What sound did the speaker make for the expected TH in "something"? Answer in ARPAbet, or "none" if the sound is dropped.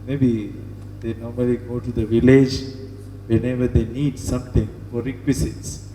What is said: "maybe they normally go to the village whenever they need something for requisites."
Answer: T